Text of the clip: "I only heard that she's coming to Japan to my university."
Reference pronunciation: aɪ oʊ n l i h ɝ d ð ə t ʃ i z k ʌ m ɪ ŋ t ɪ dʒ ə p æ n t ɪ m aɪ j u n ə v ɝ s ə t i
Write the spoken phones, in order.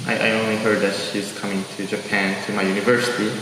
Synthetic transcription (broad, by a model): aɪ oʊ n l i h ɝ d ð ə t ʃ i z k ʌ m ɪ ŋ t ɪ dʒ ə p æ n t ɪ m aɪ j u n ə v ɝ s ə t i